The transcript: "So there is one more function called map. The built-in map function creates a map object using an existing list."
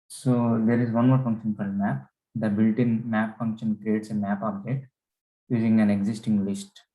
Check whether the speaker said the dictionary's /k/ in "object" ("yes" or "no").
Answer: no